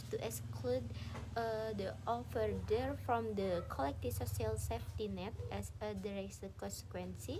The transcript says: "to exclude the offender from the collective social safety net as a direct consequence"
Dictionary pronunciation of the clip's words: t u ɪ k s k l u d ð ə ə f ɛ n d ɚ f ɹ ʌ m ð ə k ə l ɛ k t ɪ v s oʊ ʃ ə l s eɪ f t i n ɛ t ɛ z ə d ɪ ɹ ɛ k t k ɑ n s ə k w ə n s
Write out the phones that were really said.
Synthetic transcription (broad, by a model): t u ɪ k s k l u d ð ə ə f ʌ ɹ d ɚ f ɹ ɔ m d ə k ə l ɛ k t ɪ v s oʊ s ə l s eɪ f t i n ɛ t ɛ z ə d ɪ ɹ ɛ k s k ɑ n s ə k w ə n s